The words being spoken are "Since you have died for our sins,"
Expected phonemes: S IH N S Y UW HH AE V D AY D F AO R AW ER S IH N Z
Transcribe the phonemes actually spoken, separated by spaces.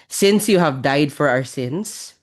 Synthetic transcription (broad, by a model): S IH N S Y UW HH AE V D AY D F AO R AW ER S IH N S